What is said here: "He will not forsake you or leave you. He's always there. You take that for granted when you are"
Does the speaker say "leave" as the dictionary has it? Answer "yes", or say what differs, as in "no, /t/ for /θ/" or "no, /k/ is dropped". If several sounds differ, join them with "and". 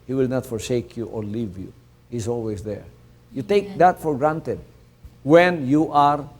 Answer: yes